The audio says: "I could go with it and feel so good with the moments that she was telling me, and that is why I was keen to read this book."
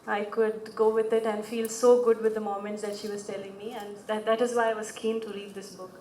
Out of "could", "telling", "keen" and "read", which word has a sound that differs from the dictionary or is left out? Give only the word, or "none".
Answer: read